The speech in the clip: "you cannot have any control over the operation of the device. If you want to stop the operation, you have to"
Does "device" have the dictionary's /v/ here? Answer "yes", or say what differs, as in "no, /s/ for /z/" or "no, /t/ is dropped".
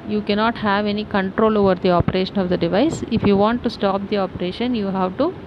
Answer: yes